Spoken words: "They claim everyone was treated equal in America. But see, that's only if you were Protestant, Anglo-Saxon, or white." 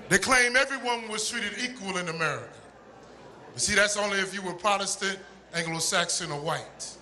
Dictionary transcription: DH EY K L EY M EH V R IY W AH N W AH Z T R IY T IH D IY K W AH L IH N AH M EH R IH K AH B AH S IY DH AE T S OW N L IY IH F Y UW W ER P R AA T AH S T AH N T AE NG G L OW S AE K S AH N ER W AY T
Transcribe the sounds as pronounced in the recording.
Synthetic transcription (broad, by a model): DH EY K L EY M EH V R IY W AH N W AH Z T R IY T IH D IY K W AH L IH N AH M EH R IH K AH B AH S IY DH AE T S OW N L IY IH F Y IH W ER P R AA T AH S T AH N T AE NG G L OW S AE K S AH N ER W AY T